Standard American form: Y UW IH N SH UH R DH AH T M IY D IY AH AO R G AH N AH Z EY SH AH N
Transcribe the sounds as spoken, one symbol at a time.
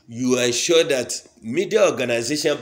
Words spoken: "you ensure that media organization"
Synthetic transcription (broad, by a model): Y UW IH SH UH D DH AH T M IY D IY AH AO G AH N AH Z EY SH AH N